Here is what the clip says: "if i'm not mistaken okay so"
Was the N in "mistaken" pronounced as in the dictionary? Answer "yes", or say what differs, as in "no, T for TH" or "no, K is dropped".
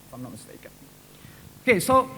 no, N is dropped